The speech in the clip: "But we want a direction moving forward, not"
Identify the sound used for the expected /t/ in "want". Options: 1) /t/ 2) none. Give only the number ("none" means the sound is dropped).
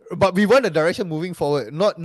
2